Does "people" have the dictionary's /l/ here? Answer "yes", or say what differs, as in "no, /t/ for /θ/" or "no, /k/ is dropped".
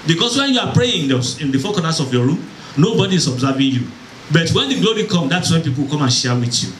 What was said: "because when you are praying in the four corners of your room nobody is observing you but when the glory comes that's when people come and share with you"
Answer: no, /w/ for /l/